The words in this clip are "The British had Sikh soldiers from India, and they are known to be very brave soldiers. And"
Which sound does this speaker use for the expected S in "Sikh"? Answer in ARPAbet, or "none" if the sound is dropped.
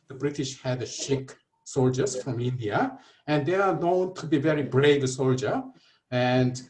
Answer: SH